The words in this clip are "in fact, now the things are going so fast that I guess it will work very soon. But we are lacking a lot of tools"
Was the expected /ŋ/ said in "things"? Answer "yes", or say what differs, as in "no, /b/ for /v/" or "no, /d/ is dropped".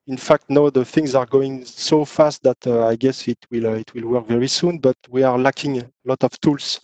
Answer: yes